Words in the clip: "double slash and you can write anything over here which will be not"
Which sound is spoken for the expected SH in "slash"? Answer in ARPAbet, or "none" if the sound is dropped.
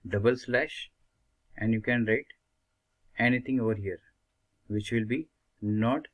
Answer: SH